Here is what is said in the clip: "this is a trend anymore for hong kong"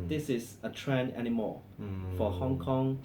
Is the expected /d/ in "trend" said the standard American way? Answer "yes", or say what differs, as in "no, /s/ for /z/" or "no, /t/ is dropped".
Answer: no, /d/ is dropped